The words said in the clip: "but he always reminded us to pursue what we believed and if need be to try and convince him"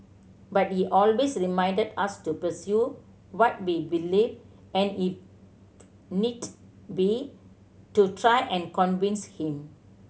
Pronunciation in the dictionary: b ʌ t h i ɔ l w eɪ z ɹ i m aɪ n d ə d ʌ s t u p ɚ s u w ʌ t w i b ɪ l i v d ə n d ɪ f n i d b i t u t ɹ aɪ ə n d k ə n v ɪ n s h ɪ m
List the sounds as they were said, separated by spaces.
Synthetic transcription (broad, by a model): b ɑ t h i ɔ l w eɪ s ɹ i m aɪ n d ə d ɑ s t u p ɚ s u w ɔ t w i b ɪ l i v ə n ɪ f n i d b i t u t ɹ aɪ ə n k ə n v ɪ n s h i m